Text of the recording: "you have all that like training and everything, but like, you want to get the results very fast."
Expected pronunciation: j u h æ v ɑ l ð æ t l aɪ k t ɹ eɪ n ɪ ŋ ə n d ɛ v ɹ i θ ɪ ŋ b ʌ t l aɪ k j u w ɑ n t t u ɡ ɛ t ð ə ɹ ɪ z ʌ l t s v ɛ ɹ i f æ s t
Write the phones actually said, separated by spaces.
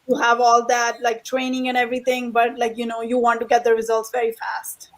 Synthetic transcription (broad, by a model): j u h æ v ɑ l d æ t l aɪ k t ɹ eɪ n ɪ ŋ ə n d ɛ v ɹ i t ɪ ŋ b ʌ t l aɪ k j u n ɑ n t t u ɡ ɛ t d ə ɹ ɪ z ʌ l t s v ɛ ɹ i f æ s t